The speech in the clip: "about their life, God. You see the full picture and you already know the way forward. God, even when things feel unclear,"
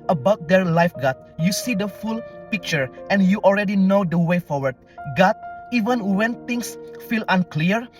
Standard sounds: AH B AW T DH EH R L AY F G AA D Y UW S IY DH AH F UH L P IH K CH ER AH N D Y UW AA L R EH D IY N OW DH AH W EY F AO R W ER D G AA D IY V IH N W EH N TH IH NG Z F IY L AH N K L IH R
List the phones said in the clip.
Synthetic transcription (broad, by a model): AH B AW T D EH R L AY F G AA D Y UW S IY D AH F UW L P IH K CH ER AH N Y UW AA L R EH D IY N OW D AH W EY F AO R W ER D G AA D IY V IH N W EH N T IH NG S F IY L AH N K L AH R